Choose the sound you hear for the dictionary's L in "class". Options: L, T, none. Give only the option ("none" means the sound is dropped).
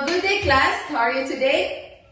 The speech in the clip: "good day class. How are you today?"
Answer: L